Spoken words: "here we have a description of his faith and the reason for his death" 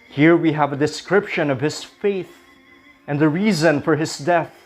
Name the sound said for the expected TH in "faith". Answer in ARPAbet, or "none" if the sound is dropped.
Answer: TH